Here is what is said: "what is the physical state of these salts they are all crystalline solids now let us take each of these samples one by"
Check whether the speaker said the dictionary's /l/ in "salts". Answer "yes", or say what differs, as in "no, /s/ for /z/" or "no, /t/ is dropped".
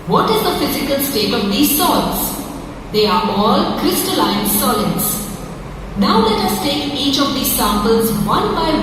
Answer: no, /l/ is dropped